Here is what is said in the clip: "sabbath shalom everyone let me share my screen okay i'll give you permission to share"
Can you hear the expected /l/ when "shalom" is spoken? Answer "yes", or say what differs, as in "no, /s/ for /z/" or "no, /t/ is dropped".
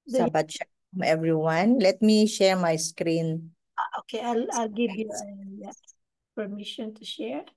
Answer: no, /l/ is dropped